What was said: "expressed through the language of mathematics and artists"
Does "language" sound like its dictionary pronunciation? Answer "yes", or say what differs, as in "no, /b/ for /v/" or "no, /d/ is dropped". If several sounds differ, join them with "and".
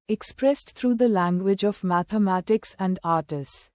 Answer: yes